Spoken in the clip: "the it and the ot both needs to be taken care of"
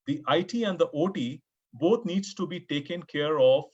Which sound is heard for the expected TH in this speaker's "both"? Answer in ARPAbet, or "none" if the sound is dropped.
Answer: T